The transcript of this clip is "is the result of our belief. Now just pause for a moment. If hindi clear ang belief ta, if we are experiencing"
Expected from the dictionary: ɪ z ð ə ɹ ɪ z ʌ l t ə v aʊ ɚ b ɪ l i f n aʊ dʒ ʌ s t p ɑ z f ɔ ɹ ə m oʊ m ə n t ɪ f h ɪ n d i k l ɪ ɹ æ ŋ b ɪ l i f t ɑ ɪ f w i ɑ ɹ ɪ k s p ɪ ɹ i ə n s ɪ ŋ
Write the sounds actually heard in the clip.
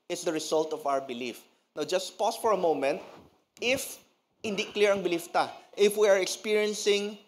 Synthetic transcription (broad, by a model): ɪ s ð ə ɹ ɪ s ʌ l t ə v aʊ ɚ b ɪ l i f n aʊ dʒ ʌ s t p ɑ s f ɔ ɹ ə m oʊ m ə n t ɪ f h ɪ n d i k l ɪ ɹ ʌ ŋ b ɪ l i f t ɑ ɪ f w i ɑ ɹ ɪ k s p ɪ ɹ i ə n s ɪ ŋ